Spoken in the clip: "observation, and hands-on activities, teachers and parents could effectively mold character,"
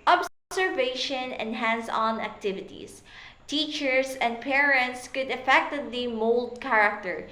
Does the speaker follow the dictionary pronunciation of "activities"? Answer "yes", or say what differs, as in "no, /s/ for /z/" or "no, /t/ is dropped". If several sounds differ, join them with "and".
no, /s/ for /z/